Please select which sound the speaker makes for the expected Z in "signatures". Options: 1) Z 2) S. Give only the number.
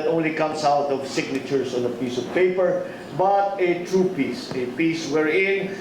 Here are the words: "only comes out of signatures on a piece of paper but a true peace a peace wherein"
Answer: 2